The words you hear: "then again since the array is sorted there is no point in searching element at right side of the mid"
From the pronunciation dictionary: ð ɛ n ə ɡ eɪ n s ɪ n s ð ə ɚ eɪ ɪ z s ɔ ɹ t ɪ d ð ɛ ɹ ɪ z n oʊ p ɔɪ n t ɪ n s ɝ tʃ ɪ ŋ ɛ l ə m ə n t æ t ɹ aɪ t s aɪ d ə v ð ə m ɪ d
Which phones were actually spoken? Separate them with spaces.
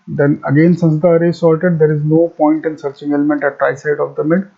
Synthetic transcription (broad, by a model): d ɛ n ə ɡ eɪ n s ɪ n s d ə ɚ eɪ s ɔ l t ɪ d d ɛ ɹ ɪ z n oʊ p ɔɪ n t ɪ n s ɝ tʃ ɪ ŋ ɛ l ə m ə n t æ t ɹ aɪ s aɪ d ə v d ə m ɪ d